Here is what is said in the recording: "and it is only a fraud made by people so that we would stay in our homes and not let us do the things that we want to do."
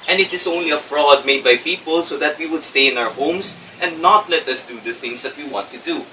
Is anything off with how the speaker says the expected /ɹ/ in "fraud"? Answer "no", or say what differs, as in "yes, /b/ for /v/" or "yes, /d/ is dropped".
no